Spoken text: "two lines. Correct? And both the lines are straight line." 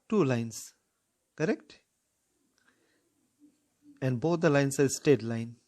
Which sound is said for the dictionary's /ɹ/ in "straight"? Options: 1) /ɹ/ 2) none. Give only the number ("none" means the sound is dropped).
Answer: 2